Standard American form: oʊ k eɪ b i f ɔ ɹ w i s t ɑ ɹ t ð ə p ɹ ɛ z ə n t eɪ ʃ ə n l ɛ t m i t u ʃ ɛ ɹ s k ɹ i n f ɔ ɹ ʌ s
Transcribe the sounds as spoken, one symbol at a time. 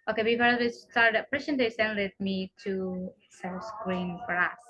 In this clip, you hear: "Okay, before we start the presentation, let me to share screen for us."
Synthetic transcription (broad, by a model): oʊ k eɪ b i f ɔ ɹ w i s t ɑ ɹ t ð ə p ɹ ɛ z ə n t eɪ s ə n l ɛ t m i t u s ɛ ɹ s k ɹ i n f ɔ ɹ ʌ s